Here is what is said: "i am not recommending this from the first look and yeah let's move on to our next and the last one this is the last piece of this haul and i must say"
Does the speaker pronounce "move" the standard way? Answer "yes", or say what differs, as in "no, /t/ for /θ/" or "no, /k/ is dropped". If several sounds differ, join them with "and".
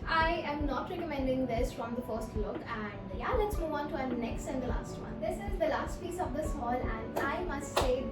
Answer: no, /v/ is dropped